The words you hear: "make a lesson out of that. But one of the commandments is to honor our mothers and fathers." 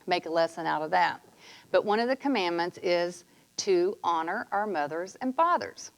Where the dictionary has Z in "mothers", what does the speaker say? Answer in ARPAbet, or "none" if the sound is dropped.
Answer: Z